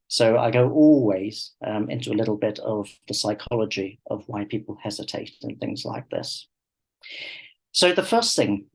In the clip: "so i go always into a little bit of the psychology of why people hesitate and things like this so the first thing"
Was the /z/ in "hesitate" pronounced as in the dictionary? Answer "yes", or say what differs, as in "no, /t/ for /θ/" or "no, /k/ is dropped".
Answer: yes